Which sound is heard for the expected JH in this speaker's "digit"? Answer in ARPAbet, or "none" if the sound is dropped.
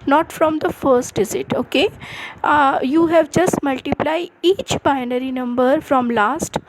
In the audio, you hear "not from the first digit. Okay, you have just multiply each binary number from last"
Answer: Z